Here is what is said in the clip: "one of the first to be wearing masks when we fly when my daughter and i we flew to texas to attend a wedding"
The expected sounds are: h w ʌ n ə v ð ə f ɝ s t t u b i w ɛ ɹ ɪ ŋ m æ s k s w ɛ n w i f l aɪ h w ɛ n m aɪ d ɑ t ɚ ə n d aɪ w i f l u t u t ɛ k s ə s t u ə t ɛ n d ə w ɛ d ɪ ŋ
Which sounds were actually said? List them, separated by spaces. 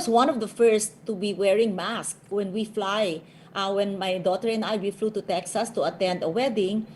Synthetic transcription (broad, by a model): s w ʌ n ə v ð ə f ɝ s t t u b i w ɛ ɹ ɪ ŋ m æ s k w ɛ n w i f l aɪ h w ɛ n m aɪ d ɑ t ɚ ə n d aɪ w i f l u t u t ɛ k s ə s t u ə t ɛ n d ə w ɛ d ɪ ŋ